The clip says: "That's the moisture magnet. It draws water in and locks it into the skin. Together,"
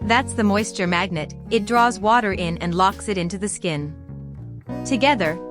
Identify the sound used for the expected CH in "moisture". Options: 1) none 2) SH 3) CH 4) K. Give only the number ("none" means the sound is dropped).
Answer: 3